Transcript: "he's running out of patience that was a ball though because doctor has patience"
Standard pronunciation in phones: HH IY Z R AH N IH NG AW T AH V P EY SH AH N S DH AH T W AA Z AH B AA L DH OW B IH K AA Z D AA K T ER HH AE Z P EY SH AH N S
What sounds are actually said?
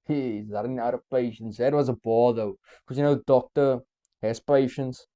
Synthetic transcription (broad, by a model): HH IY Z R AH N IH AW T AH P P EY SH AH N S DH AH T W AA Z AH B AA L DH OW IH K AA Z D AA K T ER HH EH S P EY SH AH N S